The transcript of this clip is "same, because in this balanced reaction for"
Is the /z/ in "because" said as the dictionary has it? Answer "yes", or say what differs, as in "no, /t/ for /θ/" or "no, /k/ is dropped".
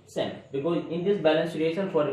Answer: no, /z/ is dropped